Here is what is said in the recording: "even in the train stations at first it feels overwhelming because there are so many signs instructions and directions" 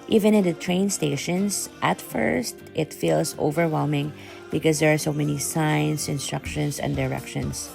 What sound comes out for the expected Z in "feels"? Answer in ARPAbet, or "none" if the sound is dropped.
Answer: S